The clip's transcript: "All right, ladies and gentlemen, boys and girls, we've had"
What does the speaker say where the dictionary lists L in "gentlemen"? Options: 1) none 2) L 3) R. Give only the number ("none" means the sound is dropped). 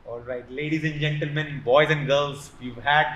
2